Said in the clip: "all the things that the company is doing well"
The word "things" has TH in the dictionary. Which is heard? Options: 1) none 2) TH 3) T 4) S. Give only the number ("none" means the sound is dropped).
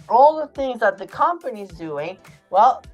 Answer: 2